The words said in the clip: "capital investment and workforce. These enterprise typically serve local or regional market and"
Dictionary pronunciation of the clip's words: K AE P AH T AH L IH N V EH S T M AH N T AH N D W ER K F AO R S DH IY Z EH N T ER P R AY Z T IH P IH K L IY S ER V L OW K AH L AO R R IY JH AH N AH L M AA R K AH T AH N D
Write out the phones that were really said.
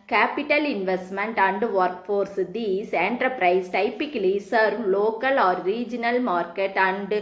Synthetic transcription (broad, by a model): K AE P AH T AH L IH N V EH S T M AH N T AH N D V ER K F AO R S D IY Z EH N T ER P R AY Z T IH P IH K L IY S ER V L OW K AH L AO R R IY JH AH N AH L M AA R K AH T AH N D